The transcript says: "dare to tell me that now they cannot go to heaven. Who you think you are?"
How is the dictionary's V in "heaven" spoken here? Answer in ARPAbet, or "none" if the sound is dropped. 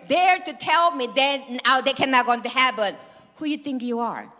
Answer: P